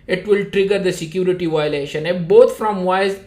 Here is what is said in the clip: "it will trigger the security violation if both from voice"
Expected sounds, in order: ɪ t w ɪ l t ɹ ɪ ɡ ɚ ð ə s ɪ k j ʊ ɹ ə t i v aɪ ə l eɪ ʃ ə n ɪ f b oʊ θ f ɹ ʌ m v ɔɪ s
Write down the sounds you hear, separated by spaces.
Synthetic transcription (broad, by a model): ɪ t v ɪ l t ɹ ɪ ɡ ɚ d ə s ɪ k j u ɹ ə t i v aɪ l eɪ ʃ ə n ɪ b oʊ t f ɹ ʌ m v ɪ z